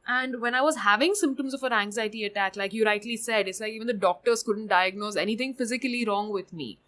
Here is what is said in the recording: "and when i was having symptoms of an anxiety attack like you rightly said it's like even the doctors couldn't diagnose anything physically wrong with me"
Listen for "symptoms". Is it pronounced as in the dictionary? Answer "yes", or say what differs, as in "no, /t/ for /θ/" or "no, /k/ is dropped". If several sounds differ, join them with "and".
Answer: yes